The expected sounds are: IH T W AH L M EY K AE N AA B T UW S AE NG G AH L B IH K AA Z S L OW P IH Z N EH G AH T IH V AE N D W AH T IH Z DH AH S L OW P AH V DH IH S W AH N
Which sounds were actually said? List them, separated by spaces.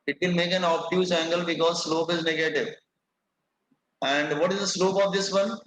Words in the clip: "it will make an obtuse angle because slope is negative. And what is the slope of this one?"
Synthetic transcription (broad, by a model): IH T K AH N M EY K AE N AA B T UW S AE NG G AH L B IH K AA Z S L OW P IH Z N EH G AH T IH V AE N D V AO T IH Z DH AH S L OW P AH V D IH S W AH N